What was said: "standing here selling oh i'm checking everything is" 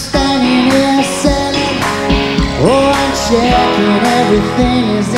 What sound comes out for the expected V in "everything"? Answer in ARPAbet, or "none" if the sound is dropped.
V